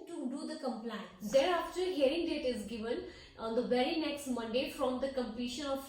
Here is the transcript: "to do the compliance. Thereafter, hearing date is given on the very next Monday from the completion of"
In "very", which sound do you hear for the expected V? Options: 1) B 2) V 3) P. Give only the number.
1